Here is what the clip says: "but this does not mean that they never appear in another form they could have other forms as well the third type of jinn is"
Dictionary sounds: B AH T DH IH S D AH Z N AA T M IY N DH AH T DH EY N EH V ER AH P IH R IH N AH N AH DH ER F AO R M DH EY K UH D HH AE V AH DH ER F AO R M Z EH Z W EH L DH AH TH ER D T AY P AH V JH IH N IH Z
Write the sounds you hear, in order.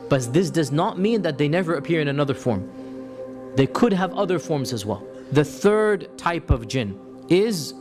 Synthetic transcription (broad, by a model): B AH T DH IH S D AH Z N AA T M IY N DH AH T DH EY N EH V ER AH P IH R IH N AH N AH DH ER F AO R M DH EY K UH D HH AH V AH DH ER F AO R M Z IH Z W EH L DH AH TH ER D T AY P AH V JH IH N IH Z